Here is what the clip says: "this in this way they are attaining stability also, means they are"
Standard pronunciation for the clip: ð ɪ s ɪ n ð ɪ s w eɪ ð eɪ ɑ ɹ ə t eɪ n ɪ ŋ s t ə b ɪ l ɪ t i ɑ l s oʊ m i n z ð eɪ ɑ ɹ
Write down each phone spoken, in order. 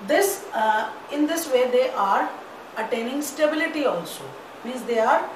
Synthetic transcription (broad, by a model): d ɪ s ɪ n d ɪ s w eɪ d eɪ ɑ ɹ ə t eɪ n ɪ ŋ s t ə b ɪ l ɪ t i ɑ l s oʊ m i n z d eɪ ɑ ɹ